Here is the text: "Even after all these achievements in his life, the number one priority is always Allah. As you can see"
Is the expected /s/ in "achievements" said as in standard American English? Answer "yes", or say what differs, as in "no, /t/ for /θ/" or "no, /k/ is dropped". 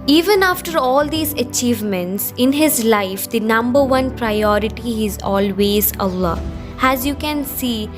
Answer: yes